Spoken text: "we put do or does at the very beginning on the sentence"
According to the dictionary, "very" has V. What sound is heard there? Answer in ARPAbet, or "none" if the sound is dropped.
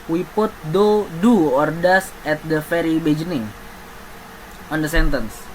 F